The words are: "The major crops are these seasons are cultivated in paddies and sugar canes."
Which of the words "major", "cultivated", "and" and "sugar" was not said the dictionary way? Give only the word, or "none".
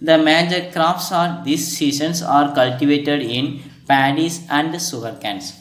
sugar